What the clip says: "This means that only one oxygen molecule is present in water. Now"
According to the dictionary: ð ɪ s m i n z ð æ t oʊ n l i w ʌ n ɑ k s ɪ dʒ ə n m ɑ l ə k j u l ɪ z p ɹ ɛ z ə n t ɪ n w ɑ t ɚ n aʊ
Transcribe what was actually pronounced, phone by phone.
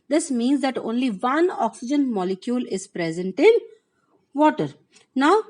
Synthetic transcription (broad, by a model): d ɪ s m i n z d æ t oʊ n l i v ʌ n ɑ k s ɪ dʒ ə n m ɑ l ə k j u l ɪ z p ɹ ɛ z ə n t ɪ n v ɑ t ɚ n aʊ